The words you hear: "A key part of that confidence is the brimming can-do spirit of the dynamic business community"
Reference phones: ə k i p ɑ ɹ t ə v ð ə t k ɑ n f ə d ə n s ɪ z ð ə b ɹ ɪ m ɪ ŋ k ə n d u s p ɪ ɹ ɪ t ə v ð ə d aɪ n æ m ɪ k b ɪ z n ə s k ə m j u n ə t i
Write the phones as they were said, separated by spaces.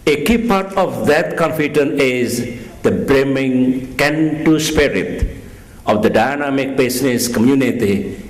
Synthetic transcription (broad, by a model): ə k i p ɑ ɹ t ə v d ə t k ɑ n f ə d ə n ɪ z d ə b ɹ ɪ m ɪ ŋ k ə n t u s p ɪ ɹ ɪ t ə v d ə d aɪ n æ m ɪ k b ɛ s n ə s k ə m j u n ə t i